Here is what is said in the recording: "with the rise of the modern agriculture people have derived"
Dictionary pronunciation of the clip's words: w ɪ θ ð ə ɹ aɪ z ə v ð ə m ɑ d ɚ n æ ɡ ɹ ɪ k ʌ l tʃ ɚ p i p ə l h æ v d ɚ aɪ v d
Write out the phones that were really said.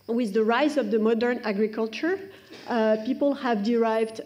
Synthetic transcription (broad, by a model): w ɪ ð ə ɹ aɪ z ə v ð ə m ɑ d ɚ n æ ɡ ɹ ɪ k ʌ l tʃ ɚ p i p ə l h æ v d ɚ aɪ v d